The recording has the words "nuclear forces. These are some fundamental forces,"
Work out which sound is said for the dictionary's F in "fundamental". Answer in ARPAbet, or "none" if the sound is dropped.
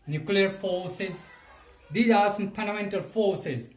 P